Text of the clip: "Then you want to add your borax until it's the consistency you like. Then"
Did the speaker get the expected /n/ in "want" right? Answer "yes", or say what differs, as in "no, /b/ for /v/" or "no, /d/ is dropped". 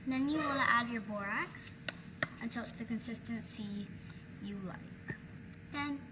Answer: no, /l/ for /n/